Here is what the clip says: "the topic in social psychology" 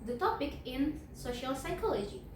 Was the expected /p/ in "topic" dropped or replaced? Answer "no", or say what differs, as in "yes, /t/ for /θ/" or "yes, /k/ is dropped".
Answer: no